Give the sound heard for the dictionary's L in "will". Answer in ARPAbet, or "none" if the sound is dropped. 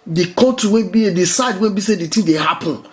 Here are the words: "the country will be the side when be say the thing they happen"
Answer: N